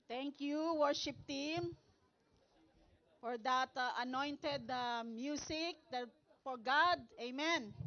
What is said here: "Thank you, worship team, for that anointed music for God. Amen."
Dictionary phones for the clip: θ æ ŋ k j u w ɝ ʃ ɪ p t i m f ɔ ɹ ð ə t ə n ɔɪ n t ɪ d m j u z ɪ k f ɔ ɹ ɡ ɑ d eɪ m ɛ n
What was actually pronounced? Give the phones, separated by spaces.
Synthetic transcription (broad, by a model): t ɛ ŋ k j u w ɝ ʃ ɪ p t i m f ɔ ɹ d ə t ə n ɔɪ n t ɪ d m j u s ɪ k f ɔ ɹ ɡ ɑ d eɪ m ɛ n